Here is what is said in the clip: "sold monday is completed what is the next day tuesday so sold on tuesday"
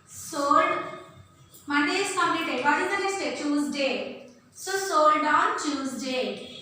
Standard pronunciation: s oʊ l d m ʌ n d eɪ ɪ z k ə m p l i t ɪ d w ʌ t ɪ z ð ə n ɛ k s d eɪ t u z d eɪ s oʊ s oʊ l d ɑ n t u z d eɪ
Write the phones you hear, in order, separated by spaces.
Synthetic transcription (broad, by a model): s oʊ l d m ʌ n d eɪ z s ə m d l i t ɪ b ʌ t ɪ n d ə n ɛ s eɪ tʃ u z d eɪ s oʊ s oʊ l d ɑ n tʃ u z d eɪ